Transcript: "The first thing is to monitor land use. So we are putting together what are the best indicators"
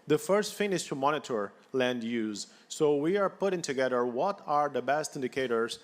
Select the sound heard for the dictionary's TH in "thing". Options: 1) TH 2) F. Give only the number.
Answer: 2